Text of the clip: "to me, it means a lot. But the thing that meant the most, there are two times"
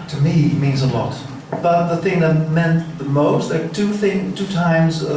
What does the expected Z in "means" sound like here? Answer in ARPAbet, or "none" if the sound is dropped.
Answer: Z